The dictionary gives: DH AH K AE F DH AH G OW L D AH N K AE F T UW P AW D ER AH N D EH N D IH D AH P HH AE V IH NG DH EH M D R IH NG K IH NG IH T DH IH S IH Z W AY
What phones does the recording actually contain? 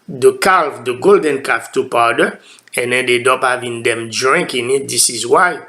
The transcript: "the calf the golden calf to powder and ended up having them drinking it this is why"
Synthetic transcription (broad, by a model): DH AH K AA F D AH G OW L D AH N K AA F T UW P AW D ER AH N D EH N D IH D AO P HH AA V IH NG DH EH M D R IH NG K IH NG IH T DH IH S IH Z W AY